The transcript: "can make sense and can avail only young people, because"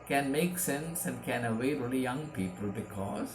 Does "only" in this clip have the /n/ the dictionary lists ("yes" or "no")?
no